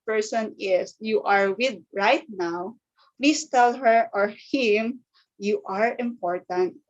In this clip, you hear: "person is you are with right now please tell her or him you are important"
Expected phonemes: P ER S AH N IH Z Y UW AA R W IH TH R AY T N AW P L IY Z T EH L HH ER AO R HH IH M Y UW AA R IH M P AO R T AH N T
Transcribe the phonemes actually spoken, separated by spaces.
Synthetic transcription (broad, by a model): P ER S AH N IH S Y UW AA R W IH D R AY T N AW P L IY S T EH L HH ER AO R HH IH M Y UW AA R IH M P AO R T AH N T